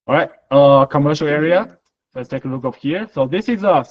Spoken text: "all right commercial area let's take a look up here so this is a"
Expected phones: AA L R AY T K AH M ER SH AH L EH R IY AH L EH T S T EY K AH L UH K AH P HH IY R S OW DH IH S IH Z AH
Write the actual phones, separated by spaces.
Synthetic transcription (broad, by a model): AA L R AY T K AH M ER SH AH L EH R IY AH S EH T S T EY K AH L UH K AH F HH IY R S OW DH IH S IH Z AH